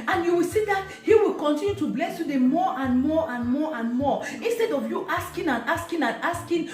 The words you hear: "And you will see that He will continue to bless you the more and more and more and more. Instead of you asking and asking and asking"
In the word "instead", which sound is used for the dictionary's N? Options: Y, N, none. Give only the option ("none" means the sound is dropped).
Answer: N